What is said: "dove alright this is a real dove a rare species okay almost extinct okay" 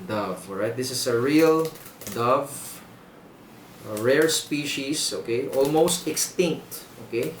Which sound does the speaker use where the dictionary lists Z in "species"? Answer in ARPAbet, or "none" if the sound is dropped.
S